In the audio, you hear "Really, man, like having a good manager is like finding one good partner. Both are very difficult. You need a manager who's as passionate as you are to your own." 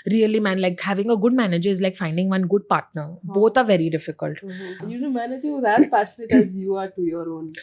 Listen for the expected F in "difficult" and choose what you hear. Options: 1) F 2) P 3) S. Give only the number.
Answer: 1